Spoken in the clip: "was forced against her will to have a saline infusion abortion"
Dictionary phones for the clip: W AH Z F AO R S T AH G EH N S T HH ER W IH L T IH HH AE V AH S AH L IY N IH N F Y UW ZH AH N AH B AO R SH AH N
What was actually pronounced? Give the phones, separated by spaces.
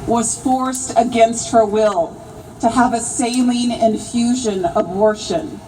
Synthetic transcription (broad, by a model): W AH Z F AO R S T AH G EH N S T HH ER W IH L T IH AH V AH S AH L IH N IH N F Y UW ZH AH N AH B AO R SH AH N